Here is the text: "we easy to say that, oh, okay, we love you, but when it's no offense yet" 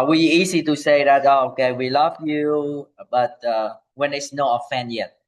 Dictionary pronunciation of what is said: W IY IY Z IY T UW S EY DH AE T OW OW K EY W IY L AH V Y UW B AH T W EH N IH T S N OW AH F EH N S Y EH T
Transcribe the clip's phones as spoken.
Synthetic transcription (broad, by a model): W IY IY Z IY T UW S EY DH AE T OW OW K EY W IY L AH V Y UW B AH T W EH N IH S N OW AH F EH N Y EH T